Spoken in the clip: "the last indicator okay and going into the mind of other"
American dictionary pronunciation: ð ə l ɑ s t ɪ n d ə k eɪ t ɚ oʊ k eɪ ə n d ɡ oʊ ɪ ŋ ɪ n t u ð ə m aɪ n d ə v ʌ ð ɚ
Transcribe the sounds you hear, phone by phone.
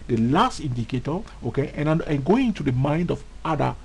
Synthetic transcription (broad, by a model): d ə l ɑ s t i n d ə k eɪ t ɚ oʊ k eɪ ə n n ɡ oʊ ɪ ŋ ɪ n t u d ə m aɪ n d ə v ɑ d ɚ